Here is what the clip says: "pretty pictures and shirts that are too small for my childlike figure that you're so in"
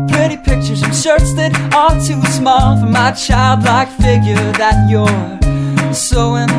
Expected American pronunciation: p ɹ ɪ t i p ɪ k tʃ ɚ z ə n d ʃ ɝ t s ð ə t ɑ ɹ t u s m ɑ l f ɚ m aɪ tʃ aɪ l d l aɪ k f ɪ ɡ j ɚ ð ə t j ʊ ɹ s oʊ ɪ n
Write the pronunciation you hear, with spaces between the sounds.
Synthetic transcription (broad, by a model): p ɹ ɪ t i p ɪ k tʃ ɚ z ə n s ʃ ɝ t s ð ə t ɑ l t u s m ɑ l f ɚ m aɪ tʃ aɪ l d l aɪ k f ɪ ɡ j ɚ ð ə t j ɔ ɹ s oʊ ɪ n